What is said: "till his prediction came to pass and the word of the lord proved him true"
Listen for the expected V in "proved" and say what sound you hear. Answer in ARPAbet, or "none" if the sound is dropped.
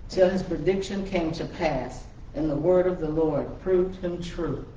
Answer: V